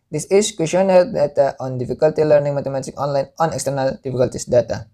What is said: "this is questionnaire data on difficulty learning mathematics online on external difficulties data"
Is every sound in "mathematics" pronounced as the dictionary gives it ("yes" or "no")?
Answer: no